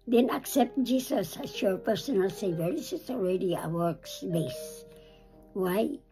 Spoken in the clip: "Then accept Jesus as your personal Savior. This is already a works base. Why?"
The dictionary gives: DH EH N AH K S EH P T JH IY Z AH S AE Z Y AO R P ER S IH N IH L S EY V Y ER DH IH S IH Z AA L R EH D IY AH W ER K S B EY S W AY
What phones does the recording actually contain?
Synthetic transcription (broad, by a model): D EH N AH K S EH P T JH IY S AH S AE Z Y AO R P ER S IH N IH L S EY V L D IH S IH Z AA L R EH D IY AH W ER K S B EY S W AY